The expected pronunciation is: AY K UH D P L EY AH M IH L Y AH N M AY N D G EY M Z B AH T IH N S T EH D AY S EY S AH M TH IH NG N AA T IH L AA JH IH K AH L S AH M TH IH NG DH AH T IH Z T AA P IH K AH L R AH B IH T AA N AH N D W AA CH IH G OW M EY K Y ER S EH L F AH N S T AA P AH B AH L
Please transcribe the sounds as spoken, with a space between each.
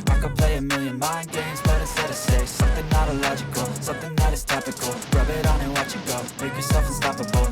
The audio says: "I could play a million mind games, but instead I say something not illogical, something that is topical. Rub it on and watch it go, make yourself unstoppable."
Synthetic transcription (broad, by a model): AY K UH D P L EY AH M IH L Y AH N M AY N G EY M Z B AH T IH S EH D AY S EY S AH M TH IH NG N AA T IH L AA JH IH K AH L S AH M TH IH NG DH AH T IH Z T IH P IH K L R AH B IH T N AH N W AA CH IH G OW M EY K Y ER S EH L F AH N S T AA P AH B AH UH